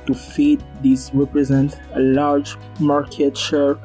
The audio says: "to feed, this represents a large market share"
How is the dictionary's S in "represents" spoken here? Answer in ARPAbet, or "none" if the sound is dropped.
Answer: none